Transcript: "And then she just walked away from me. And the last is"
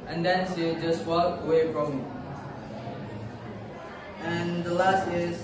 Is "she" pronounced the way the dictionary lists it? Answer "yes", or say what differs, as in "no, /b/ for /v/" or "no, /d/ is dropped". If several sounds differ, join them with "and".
no, /s/ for /ʃ/